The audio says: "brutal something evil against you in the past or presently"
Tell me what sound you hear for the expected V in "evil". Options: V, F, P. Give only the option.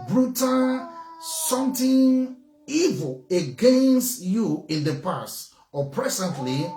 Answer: V